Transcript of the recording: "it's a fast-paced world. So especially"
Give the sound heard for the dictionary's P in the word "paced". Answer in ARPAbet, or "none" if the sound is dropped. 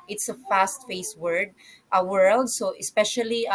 F